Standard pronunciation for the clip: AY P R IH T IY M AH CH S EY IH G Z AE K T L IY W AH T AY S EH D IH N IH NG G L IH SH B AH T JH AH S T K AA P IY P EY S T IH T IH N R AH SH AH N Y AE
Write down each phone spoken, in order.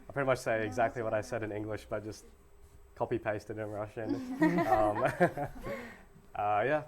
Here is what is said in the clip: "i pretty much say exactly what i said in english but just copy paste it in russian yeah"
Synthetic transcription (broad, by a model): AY P R IH T IY M AH CH S EY IH G Z AE K T L IY W AH T AY S EH D IH N IH NG G L IH SH B AH T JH AH S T K AA P IY P EY S T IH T IH N R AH SH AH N Y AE